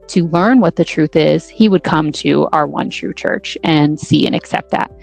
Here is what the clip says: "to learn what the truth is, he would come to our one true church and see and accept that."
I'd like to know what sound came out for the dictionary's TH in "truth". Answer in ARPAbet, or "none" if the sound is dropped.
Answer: TH